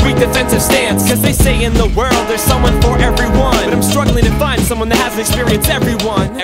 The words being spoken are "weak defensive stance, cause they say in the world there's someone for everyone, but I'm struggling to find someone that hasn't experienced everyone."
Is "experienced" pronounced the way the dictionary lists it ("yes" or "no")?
no